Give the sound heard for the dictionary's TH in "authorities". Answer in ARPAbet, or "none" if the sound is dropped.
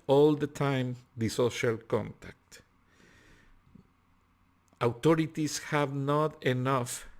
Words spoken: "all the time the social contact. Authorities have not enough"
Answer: T